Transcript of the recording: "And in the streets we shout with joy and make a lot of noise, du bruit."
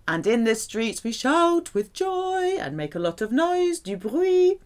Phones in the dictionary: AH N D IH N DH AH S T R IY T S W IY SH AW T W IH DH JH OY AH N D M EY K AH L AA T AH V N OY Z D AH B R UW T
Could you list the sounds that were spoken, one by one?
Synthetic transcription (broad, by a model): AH N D IH N DH AH S T R IY T S W IY SH AW T W IH DH JH OY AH N M EY K AH L AA T AH V N OY Z D AH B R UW